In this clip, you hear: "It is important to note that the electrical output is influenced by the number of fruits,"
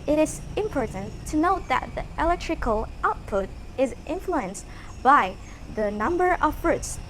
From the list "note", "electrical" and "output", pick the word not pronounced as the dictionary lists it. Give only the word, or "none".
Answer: none